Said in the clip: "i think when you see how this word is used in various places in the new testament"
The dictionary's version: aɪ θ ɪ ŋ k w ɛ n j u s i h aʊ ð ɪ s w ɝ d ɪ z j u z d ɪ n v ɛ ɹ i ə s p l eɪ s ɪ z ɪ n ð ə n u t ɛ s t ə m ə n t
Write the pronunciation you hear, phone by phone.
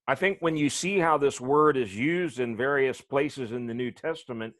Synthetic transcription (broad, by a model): aɪ θ ɪ ŋ k w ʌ n j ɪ s i h aʊ ð ɪ s w ɝ d ɪ z j u z d ɪ n v ɛ ɹ i ə s p l eɪ s ɪ z ɪ n ð ə n u t ɛ s t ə m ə n t